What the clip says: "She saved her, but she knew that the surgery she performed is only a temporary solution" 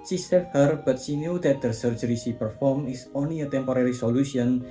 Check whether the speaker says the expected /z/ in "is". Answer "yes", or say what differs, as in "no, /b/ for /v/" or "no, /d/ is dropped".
no, /s/ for /z/